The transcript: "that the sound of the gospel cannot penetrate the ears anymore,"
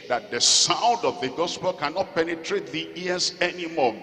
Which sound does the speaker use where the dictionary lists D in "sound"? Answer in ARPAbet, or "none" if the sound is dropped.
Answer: D